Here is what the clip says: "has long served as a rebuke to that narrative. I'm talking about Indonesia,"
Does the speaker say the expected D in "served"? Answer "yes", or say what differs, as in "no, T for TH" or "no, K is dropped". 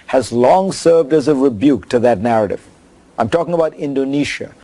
yes